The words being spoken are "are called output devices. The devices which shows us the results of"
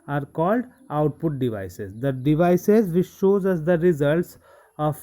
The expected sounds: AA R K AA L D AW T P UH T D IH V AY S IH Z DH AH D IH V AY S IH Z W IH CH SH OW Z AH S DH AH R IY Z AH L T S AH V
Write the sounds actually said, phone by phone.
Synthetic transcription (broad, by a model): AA R K AA L D AW T P UH T D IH V AY S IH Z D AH D IH V AY S IH Z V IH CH SH OW Z AH S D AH R IY Z AH L T S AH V